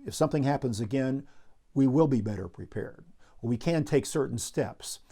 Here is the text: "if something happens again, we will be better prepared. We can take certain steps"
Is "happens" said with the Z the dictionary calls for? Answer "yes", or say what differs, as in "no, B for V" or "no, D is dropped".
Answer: yes